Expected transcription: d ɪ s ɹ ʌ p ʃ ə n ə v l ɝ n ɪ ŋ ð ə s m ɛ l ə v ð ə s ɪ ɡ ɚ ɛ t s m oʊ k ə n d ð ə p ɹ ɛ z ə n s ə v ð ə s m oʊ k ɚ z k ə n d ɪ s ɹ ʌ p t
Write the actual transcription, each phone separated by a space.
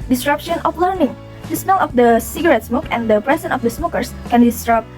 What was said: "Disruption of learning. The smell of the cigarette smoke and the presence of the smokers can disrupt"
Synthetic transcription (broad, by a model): d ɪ s ɹ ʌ p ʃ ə n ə f l ɝ n ɪ ŋ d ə s m ɛ l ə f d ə s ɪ ɡ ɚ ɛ t s m oʊ k ə n d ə p ɹ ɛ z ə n ə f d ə s m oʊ k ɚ s k ə n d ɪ s ɹ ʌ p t